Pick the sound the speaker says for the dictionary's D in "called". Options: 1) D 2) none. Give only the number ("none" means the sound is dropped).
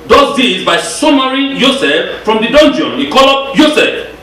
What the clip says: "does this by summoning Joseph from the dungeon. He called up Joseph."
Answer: 2